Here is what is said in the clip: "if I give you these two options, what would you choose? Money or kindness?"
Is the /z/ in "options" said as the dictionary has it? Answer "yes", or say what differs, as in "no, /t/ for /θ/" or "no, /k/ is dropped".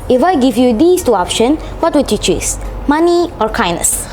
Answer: no, /z/ is dropped